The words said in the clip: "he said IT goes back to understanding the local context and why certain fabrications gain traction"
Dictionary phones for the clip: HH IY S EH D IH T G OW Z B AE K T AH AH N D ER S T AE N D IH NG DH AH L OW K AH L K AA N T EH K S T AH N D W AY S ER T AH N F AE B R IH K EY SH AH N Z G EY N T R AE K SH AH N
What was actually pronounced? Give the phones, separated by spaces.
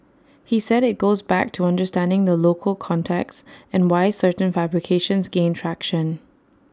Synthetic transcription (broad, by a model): HH IY S EH D IH T G OW Z B AE K T AH AH N D ER S T AE N D IH NG DH AH L OW K AH L K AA N T EH K S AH N W AY S ER T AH N F AE B R IH K EY SH AH N Z G EY N T R AE K SH AH N